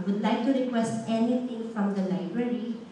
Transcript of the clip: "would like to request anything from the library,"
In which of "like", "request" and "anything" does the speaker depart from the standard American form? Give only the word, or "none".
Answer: anything